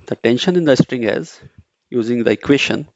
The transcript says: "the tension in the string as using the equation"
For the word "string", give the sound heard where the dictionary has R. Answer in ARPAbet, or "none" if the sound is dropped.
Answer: R